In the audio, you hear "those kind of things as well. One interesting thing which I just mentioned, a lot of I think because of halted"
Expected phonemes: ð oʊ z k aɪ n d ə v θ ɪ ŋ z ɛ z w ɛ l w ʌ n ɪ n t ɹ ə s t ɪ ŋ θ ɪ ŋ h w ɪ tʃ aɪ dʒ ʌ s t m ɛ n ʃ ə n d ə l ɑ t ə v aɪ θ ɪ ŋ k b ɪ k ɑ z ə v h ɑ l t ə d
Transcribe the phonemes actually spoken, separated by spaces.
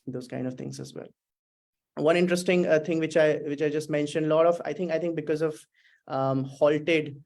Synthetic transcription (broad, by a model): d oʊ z k aɪ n d ə v t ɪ ŋ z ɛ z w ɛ l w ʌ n ɪ n t ɹ ə s t ɪ ŋ t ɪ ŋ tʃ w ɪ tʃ aɪ dʒ ʌ s t m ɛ n ʃ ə n d ə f ɑ t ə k aɪ t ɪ ŋ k b ɪ k ɑ z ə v h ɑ l t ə d